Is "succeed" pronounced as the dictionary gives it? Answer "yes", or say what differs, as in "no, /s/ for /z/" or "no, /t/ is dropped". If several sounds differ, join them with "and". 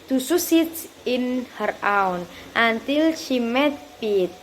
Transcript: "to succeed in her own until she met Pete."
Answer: no, /k/ is dropped